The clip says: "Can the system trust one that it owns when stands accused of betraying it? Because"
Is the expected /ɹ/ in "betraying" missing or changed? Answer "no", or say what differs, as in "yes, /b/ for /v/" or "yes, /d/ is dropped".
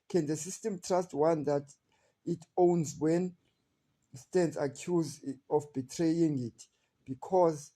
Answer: no